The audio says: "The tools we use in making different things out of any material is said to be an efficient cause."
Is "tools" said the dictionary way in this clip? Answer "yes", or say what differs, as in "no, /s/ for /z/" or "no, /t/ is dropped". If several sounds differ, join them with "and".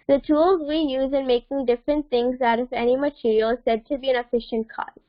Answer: yes